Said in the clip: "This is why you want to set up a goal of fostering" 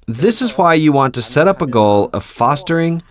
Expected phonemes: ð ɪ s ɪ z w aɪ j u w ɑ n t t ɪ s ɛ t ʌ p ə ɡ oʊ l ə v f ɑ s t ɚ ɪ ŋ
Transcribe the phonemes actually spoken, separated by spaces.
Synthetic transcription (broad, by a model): ð ɪ s ɪ z w aɪ j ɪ w ɑ n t t ɪ s ɛ t ʌ p ə ɡ oʊ l ə v f ɑ s t ɚ ɪ ŋ